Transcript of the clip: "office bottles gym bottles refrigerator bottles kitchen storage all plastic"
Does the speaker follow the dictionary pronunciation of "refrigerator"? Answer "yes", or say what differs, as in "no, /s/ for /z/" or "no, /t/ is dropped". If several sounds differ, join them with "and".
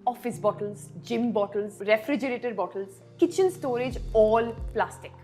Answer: yes